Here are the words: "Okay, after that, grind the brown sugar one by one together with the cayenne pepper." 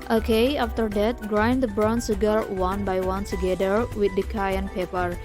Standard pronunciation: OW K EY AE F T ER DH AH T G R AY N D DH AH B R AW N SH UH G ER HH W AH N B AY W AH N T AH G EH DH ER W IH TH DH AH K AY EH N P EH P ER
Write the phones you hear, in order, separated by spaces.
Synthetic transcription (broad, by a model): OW K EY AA F T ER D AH T G R AY N D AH B R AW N S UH G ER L W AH N B AY W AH N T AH G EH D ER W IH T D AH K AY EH N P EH P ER